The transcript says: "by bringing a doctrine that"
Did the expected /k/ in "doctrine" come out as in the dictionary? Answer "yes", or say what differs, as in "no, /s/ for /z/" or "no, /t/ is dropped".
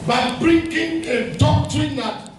no, /k/ is dropped